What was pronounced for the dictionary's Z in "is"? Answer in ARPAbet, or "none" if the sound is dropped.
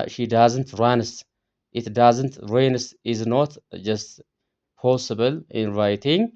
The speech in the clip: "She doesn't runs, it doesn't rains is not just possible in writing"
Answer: Z